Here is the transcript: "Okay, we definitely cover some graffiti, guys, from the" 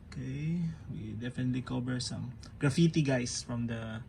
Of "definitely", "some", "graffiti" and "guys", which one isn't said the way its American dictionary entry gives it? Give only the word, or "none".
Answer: guys